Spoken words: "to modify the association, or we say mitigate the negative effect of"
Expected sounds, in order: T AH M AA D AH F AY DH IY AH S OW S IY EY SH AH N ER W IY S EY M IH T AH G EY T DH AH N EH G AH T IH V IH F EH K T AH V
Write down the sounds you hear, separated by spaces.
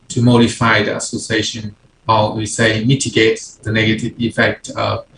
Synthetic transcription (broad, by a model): T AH M AA D AH F AY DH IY AH S OW S IY EY SH AH N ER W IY S EY M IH T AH G EY T DH AH N EH G AH T IH V IH F EH K T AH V